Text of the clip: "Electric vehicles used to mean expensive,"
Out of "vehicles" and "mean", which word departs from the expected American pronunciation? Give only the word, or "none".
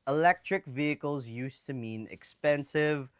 none